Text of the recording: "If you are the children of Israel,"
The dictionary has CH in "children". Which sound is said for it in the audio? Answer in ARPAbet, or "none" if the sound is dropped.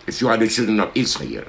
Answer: CH